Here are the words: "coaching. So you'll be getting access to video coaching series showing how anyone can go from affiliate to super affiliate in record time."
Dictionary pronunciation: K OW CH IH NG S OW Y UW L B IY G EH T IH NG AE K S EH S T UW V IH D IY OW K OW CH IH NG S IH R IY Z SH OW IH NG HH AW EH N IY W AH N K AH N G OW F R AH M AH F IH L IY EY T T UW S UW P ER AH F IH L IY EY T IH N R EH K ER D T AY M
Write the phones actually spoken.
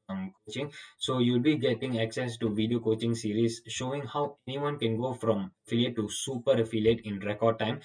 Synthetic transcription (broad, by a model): K OW CH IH NG S OW Y UW L B IY G EH T IH NG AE K S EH S T UW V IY D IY OW K OW CH IH NG S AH R IY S SH OW IH NG HH AW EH N IY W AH N K AH N G OW F R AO M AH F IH L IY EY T T UW S UW P ER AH F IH L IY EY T IH N R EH K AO D T AY M